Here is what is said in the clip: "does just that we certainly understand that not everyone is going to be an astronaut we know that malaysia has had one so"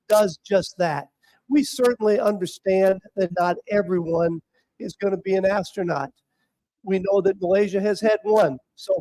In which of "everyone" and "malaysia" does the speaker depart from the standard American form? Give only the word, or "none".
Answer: none